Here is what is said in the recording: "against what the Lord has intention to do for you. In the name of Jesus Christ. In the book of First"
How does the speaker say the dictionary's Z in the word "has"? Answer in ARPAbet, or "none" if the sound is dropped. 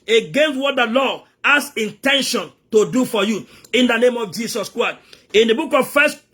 S